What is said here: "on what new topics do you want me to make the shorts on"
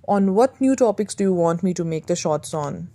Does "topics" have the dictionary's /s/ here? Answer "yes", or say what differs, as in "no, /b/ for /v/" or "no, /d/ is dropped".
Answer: yes